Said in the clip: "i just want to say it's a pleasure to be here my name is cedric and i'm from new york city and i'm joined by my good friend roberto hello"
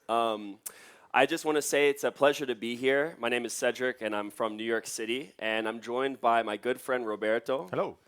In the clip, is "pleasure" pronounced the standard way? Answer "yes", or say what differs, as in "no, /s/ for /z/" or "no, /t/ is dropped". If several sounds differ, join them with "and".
yes